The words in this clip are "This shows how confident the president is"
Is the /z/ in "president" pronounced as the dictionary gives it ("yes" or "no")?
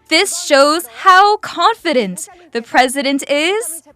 yes